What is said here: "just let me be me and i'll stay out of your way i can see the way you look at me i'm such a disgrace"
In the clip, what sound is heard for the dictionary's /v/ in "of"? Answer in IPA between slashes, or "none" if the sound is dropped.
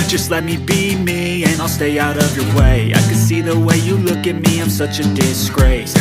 /v/